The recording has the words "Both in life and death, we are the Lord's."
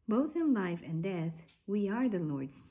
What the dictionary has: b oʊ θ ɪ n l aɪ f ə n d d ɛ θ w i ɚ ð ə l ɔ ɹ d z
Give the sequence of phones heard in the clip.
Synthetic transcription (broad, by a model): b oʊ θ ɪ n l aɪ f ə n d d ɛ θ w i ɚ ð ə l ɔ ɹ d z